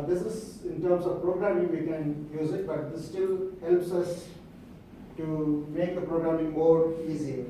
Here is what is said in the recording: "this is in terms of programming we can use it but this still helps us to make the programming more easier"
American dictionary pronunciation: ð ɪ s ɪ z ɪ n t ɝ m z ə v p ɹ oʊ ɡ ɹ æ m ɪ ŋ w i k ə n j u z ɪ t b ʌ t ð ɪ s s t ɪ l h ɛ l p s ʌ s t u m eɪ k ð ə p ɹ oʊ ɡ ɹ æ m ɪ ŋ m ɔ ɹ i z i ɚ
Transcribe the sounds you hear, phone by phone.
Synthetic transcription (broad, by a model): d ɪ s ɪ z ɪ n t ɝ m s ə v p ɹ oʊ ɡ ɹ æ m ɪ ŋ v i k ə n j u z ɪ t b ʌ t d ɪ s s t ɪ l h ɛ l p s ʌ s t u m eɪ k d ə p ɹ oʊ ɡ ɹ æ m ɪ ŋ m ɔ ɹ i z i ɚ